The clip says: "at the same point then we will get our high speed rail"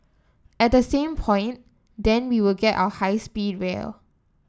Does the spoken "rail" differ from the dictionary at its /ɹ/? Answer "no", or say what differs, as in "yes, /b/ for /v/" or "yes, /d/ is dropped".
yes, /w/ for /ɹ/